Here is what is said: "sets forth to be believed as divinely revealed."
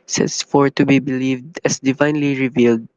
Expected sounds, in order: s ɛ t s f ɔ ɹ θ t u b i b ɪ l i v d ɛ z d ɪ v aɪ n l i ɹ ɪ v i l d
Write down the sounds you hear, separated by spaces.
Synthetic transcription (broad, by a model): s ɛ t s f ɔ ɹ t u b i b ɪ l i v d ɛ s d ɪ v aɪ n l i ɹ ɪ v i l d